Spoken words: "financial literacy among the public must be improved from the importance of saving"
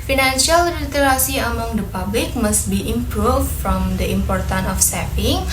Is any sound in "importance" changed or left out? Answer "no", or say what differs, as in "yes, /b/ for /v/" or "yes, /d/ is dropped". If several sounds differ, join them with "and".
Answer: yes, /s/ is dropped